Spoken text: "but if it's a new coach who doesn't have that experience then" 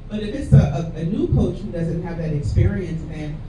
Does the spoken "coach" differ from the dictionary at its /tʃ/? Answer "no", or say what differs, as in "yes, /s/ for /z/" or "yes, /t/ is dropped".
no